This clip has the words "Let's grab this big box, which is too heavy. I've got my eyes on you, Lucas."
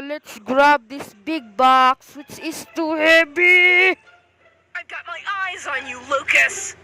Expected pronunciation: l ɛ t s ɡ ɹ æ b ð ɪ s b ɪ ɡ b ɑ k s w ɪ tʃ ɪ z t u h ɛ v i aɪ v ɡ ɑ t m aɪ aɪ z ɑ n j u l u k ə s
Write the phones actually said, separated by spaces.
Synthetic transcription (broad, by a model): l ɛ t s ɡ ɹ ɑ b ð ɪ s b ɪ ɡ b ɑ k s w ɪ tʃ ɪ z t u h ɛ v i aɪ v ɡ ɑ t m aɪ aɪ z n j u l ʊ k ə s